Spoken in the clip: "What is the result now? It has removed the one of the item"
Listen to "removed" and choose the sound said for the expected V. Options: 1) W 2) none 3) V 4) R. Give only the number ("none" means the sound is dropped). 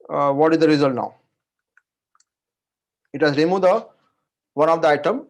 2